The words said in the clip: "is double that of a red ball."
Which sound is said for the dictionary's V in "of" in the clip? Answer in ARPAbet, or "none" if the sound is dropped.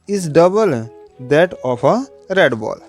P